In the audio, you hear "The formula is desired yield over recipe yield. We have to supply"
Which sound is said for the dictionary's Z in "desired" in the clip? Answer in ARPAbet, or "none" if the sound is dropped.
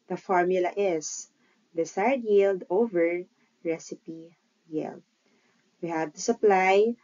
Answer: S